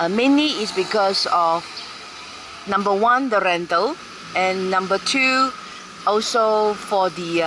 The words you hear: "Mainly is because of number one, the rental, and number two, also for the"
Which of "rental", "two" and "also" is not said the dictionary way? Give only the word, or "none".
none